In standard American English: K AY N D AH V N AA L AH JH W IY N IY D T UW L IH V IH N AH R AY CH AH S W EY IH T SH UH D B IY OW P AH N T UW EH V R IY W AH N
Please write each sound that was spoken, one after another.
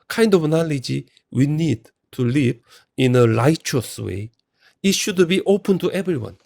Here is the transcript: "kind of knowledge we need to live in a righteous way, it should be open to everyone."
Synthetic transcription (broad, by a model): K AY N D AH V N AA L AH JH W IY N IY D T UW L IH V IH N AH L AY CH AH S W EY IH T SH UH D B IY OW P AH N T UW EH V R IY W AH N